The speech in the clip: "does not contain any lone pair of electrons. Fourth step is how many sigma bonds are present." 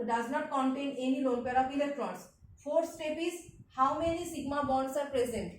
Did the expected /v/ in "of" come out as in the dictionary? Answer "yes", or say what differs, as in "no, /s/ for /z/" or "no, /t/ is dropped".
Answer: no, /p/ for /v/